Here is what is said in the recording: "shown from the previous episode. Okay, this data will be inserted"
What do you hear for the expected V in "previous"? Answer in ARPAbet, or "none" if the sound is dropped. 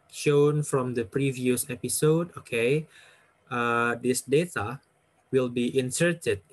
V